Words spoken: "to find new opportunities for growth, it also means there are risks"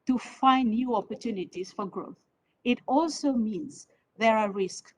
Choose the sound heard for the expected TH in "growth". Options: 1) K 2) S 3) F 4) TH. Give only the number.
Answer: 4